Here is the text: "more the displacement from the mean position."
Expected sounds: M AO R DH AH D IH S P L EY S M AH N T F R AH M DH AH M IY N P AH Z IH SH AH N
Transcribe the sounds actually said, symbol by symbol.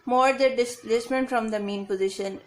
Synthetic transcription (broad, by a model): M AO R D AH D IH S L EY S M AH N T F R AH M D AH M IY N P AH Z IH SH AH N